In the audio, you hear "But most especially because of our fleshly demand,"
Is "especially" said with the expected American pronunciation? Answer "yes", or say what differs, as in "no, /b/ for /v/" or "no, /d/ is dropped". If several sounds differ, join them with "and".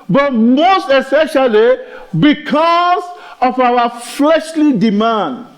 no, /p/ is dropped